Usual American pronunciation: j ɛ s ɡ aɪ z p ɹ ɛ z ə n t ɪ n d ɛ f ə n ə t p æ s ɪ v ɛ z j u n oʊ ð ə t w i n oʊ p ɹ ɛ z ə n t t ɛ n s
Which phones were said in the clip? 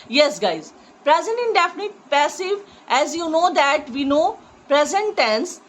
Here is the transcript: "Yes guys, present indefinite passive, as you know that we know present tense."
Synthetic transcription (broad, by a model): j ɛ s ɡ aɪ z p ɹ ɛ z ə n t ɪ n d ɛ f ə n ə t p æ s ɪ v ɛ z j u n oʊ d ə t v i n oʊ p ɹ ɛ z ə n t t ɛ n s